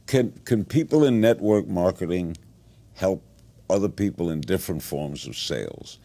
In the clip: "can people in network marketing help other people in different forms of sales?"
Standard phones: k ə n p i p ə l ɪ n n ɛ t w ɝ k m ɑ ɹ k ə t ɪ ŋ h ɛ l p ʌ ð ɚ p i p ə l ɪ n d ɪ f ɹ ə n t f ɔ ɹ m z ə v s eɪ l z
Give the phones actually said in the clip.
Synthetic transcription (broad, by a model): k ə n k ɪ p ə l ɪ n n ɛ t w ɝ k m ɑ ɹ k ə t ɪ ŋ h ɛ l p ʌ ð ɚ p i p l ɪ n d ɪ f ɹ ə n t f ɔ ɹ m z ə v s eɪ l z